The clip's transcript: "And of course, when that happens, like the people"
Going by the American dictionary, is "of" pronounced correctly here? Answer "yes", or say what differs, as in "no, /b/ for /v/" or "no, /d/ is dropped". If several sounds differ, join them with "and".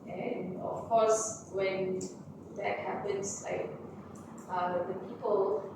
no, /f/ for /v/